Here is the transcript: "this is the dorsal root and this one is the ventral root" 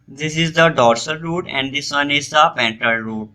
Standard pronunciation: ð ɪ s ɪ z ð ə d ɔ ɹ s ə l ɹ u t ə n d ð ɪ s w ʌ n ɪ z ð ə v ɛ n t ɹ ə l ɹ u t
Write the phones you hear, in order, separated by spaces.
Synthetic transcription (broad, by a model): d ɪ s ɪ z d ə d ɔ ɹ s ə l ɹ u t ə n d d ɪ s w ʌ n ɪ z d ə p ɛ n t ə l ɹ u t